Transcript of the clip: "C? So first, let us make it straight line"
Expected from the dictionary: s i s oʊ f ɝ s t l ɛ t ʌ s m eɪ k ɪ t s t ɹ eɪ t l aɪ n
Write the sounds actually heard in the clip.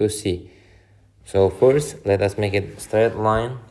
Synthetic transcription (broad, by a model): s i s oʊ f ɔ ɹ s l ɛ t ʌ s m eɪ k ɪ t s t ɹ eɪ t l aɪ n